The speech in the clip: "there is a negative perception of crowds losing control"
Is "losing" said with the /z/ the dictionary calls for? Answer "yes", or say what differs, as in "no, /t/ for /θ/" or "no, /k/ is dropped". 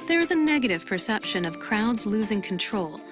yes